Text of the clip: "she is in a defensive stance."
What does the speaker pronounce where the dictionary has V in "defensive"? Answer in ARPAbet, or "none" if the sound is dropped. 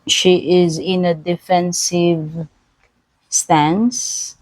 V